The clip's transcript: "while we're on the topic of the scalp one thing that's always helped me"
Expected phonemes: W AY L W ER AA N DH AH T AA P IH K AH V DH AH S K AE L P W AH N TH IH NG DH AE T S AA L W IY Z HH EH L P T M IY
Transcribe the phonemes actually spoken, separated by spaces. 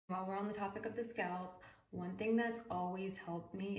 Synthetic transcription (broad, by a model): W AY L W ER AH N DH AH T AA P IH K AH V DH AH S K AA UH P W AH N TH IH NG DH AE T S AA L W IY Z HH EH L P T M IY